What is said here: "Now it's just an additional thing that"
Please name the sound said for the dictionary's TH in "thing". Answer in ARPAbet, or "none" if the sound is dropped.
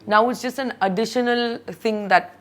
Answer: T